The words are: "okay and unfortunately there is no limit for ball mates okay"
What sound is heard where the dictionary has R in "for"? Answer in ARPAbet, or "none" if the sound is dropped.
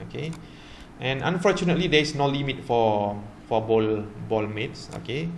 L